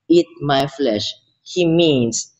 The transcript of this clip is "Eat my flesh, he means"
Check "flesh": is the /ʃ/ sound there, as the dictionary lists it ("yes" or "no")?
yes